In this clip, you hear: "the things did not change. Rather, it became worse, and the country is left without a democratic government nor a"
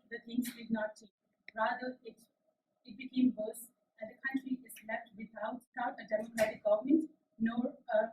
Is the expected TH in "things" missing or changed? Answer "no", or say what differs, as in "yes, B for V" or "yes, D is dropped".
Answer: yes, T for TH